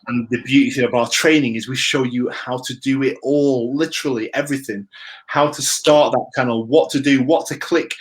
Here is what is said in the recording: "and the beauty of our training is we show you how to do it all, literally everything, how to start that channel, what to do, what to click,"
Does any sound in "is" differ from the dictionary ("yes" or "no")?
no